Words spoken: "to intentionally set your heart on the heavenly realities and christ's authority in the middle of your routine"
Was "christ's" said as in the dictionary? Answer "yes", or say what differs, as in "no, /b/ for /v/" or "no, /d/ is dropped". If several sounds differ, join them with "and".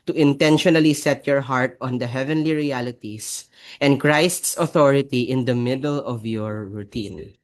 yes